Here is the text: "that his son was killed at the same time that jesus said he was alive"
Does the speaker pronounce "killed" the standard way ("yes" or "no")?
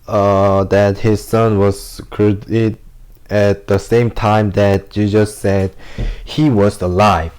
no